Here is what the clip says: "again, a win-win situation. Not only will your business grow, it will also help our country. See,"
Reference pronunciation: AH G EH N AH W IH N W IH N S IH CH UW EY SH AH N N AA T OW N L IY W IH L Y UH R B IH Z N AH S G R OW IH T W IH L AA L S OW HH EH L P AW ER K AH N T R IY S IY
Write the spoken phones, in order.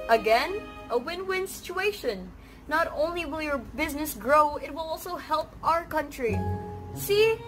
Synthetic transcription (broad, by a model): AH G EH N AH W IH N W IH N S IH CH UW EY SH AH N N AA T OW N L IY W IH L Y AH R B IH Z N AH S G R OW IH T W IH L AA L S OW HH EH L P AW ER K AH N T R IY S IY